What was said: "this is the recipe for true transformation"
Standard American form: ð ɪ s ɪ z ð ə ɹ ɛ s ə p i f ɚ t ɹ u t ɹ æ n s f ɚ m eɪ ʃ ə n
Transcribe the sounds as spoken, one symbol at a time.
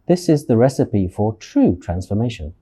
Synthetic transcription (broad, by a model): ð ɪ s ɪ z ð ə ɹ ɛ s ə p i f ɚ t ɹ u t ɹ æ n s f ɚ m eɪ ʃ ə n